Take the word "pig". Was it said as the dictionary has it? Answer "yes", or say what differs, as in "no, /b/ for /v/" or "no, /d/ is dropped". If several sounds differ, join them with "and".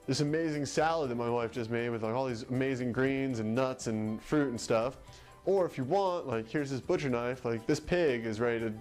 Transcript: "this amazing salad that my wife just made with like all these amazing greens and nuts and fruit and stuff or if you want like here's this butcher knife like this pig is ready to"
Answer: yes